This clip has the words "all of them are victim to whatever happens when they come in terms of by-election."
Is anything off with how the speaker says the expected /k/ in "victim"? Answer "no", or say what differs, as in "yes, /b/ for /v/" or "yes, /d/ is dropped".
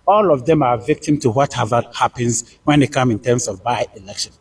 no